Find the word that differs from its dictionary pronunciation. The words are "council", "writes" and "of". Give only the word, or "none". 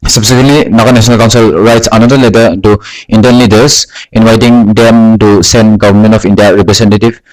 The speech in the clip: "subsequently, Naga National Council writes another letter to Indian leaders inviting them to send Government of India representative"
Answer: of